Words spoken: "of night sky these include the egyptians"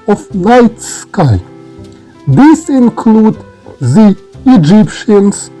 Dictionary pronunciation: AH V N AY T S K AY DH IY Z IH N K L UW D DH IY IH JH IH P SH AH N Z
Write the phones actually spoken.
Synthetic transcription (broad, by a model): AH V N AY T S K AY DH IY S IH N K L UW D DH IY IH JH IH P SH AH N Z